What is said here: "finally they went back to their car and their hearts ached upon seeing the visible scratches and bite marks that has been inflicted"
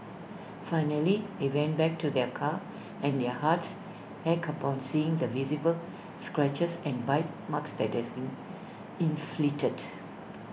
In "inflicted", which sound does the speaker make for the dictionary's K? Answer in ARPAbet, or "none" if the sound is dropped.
none